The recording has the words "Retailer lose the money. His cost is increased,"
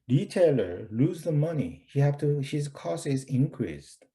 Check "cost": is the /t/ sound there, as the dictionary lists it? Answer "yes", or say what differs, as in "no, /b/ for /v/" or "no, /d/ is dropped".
no, /t/ is dropped